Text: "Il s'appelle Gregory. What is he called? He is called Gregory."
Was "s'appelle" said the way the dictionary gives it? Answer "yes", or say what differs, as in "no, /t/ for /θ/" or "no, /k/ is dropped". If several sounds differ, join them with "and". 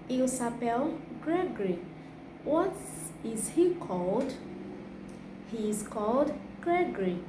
yes